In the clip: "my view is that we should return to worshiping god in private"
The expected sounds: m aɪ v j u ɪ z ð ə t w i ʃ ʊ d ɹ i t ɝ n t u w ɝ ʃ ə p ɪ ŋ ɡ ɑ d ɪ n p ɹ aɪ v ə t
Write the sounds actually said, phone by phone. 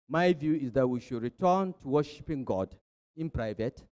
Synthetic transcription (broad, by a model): m aɪ v j u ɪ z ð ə t w i ʃ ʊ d ɹ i t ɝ n t u w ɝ ʃ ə p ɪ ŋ ɡ ɑ d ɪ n p ɹ aɪ v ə t